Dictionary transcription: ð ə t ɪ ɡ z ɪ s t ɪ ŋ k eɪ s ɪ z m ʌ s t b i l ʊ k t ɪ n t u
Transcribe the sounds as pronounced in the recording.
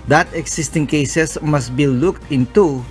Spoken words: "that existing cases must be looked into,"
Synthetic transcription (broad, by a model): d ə t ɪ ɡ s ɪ s t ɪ ŋ k eɪ s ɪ s m ʌ s t b i l ʊ k t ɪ n t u